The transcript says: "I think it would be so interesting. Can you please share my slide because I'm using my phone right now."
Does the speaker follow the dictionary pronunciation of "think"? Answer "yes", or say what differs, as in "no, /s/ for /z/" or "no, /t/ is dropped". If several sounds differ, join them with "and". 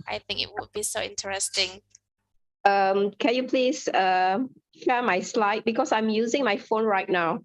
yes